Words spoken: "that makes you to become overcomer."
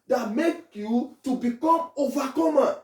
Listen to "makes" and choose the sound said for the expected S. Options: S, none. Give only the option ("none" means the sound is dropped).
none